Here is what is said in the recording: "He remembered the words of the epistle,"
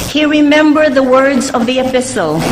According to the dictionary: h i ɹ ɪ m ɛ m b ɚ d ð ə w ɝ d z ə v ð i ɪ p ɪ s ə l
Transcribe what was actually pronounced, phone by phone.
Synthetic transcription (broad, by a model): h i ɹ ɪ m ɛ m b ɚ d ð ə w ɝ d z ə v ð i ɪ p ɪ s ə l